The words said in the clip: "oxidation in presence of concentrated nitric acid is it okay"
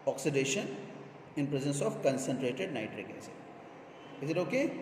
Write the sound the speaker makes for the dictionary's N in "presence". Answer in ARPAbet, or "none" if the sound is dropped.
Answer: N